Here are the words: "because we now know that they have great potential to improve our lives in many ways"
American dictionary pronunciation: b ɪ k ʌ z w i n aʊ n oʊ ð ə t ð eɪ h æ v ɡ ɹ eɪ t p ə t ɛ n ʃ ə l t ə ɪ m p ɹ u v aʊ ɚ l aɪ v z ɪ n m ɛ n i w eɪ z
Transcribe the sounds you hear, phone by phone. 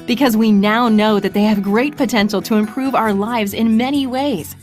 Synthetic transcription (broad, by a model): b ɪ k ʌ z w i n aʊ n oʊ ð ə t ð eɪ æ v ɡ ɹ eɪ t p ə t ɛ n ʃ l t ə ɪ m p ɹ u v aʊ ɚ l aɪ v z ɪ n m ɛ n i w eɪ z